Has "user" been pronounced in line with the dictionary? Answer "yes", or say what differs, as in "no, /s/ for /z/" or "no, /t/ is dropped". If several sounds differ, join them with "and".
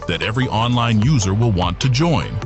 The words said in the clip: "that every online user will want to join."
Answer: yes